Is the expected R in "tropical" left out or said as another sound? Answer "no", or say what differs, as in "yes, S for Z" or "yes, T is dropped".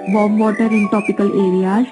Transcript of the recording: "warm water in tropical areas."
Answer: yes, R is dropped